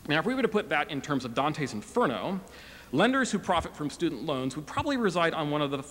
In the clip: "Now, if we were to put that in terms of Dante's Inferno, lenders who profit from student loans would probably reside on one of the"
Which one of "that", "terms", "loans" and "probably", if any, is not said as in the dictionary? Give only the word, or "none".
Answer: none